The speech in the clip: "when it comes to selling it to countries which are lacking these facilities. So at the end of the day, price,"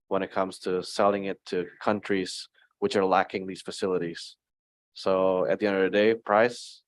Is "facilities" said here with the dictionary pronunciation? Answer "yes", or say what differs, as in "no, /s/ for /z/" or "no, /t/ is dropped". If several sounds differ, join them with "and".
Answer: yes